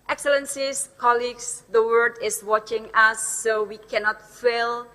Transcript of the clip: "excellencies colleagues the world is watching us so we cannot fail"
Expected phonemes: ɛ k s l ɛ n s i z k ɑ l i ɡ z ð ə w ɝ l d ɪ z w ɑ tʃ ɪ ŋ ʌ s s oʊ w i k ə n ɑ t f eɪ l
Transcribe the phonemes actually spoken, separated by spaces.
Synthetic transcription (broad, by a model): ɛ k s l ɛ n s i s k ɑ l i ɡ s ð ə w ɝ d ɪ s w ɑ tʃ ɪ ŋ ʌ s s oʊ w i k ə n ɑ t f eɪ l